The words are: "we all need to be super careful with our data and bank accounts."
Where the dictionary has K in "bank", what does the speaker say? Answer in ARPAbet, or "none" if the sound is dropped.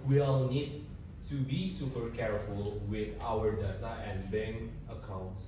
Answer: none